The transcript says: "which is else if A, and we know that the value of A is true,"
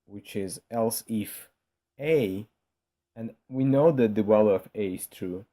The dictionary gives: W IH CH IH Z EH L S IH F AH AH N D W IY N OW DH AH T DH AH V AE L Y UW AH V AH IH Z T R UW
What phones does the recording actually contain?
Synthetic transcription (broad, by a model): W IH CH IH Z EH L S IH F AH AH N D W IY N OW DH AH T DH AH W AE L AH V AH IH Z T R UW